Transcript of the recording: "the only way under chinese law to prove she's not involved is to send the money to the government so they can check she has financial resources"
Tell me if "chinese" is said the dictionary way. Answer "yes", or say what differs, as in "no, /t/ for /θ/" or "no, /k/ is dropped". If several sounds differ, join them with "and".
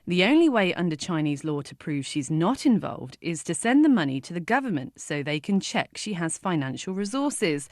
yes